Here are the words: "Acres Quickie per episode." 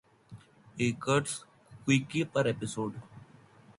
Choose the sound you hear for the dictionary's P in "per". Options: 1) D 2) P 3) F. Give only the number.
2